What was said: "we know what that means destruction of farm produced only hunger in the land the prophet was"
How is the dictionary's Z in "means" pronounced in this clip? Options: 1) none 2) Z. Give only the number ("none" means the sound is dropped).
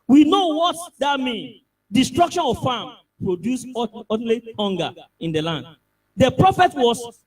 1